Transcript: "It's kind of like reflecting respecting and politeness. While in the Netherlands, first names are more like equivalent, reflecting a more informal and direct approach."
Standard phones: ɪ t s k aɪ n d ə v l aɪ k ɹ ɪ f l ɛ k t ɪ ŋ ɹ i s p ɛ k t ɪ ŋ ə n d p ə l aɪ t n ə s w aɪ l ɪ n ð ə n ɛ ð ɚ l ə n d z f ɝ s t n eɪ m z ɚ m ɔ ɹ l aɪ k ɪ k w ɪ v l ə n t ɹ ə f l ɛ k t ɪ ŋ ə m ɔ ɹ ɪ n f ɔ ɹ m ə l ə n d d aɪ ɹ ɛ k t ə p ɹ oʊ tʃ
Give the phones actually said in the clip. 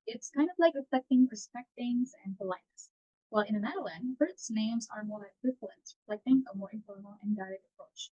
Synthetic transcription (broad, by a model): ɪ t s k aɪ n d ə v l aɪ k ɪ f ɛ k t ɪ ŋ ɹ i s p ɛ k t ɪ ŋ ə n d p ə l aɪ t n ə s w aɪ l ɪ n ð ə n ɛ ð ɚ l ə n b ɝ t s n eɪ m z ɚ m ɔ ɹ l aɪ ɪ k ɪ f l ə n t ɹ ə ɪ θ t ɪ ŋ ə m ɔ ɹ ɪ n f ɔ ɹ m l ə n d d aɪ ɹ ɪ t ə p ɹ oʊ tʃ